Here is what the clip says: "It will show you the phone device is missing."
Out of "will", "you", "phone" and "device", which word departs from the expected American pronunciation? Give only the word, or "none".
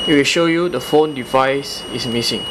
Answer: none